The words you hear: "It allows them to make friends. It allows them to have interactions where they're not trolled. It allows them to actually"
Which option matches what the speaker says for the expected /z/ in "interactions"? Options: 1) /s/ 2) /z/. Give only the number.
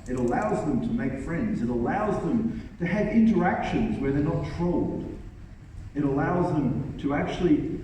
2